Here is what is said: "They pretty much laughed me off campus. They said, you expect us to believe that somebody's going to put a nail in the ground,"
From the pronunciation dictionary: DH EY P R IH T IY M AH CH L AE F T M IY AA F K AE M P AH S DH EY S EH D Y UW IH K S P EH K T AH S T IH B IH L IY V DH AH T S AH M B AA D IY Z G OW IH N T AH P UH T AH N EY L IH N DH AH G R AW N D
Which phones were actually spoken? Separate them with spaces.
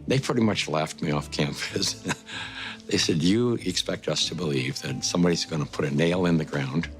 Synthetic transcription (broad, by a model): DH EY P R IH T IY M AH CH L AE F T M IY AA F K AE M F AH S DH EY S EH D Y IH IH K S P EH K T AH S T IH B IH L IY V DH AH T S AH M B AA D IY Z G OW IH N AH P UH T AH N EY L IH N DH AH G R AW N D